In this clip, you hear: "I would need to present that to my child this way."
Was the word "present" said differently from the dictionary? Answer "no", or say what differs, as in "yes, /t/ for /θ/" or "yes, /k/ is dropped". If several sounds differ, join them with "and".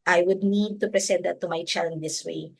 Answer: yes, /s/ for /z/